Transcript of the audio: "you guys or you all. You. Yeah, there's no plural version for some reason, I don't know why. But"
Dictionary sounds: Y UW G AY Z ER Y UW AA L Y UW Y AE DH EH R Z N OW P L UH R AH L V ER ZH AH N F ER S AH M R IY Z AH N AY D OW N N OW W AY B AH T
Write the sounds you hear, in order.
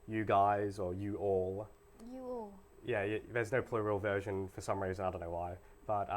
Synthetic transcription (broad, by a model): Y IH G AY Z ER Y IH AA L Y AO Y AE DH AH R Z N OW P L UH R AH L V ER ZH AH N F ER S AH M R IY Z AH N AY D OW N N OW W AY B AH T